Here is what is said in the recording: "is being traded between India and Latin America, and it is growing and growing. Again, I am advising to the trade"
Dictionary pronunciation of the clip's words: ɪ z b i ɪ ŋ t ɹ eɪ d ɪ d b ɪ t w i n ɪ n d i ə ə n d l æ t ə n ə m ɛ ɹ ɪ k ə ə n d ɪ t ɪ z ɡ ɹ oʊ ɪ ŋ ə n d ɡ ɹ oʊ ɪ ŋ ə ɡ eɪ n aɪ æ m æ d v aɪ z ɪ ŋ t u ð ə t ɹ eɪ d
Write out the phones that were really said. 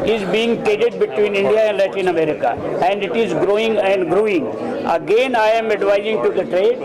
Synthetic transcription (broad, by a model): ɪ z b i ɪ ŋ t eɪ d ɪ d b ɪ t w i n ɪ n d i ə ə n d l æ t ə n ə m ɛ ɹ ɪ k ə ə n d ɪ t ɪ z ɡ ɹ oʊ ɪ ŋ ə n d ɡ ɹ oʊ ɪ ŋ ə ɡ eɪ n aɪ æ m æ d v aɪ z ɪ ŋ t u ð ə t ɹ eɪ d